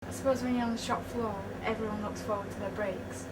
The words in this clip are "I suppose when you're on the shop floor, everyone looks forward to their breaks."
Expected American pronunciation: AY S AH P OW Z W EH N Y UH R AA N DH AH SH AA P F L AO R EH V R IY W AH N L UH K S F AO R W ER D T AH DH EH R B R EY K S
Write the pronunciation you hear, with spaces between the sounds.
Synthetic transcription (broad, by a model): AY S AH P OW Z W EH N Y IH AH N DH AH SH AA P F L AO R EH V R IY W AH N L UH K S F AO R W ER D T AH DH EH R B R EY K S